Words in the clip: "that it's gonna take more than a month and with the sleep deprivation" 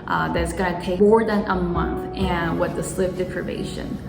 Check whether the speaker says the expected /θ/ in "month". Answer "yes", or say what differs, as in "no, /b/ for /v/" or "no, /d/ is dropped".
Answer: yes